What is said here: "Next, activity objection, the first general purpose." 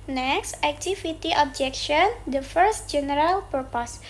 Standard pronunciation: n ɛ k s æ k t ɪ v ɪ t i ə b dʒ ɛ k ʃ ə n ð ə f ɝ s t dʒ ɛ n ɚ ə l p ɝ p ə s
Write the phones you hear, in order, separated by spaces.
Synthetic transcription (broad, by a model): n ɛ k s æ k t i f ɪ t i ə b dʒ ɛ k ʃ ə n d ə f ɝ s t dʒ ɛ n ɚ ə l p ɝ p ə s